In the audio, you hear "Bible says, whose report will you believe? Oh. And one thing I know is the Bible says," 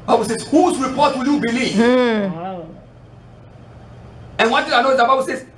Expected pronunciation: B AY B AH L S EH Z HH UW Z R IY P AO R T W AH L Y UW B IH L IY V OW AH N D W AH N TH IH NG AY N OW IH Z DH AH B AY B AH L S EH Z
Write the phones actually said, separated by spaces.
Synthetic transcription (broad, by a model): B AY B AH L S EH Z HH UW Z R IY P AO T W AH L Y UW B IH L IY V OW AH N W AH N T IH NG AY N OW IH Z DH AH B AY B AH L S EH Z